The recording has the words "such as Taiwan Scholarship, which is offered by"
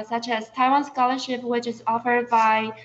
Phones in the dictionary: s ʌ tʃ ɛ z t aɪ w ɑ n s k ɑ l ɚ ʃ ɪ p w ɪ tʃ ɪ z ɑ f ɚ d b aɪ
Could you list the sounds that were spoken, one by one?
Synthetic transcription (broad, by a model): s ʌ tʃ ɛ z t aɪ w ɑ n s k ɑ l ɚ ʃ ɪ p w ɪ tʃ ɪ z ɑ f ɚ d b aɪ